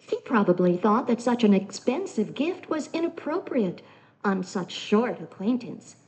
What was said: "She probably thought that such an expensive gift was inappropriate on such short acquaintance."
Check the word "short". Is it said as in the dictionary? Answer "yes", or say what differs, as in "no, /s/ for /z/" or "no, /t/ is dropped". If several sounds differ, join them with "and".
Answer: yes